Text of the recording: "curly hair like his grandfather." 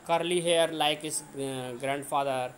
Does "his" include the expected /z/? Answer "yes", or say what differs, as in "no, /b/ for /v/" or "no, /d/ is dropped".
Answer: no, /s/ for /z/